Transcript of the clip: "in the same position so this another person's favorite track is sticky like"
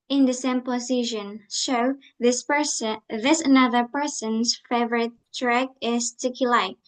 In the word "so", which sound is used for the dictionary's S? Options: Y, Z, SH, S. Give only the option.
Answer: SH